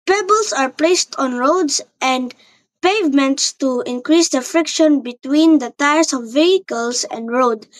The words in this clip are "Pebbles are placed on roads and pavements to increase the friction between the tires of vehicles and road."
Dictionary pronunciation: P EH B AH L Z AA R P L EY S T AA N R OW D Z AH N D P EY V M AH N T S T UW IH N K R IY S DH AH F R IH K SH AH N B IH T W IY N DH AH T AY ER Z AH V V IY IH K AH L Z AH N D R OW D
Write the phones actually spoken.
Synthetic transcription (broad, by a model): P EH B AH L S AA R P L EY S T AA N R OW D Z AH N D P EY V M AH N T S T UW IH N K R IY S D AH F R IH K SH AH N B IH T W IY N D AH T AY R S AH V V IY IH K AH L S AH N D R OW D